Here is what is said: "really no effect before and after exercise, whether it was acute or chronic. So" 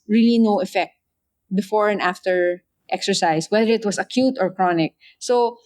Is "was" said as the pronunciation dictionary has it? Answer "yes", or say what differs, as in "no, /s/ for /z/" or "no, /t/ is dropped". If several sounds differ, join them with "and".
no, /s/ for /z/